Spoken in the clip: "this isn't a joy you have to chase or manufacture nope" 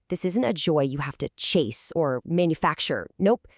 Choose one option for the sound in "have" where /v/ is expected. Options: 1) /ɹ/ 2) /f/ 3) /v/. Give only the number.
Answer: 2